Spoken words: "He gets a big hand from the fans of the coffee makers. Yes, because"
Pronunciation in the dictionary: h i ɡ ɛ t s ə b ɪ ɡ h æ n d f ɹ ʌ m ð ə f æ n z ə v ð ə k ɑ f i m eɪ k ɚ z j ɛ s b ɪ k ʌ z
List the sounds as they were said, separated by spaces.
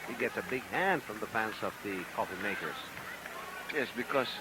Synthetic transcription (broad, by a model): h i ɡ ɛ t s ə b ɪ ɡ h æ n d f ɹ ʌ m ð ə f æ n s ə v ð ə k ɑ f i m eɪ k ɚ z j ɛ s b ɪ k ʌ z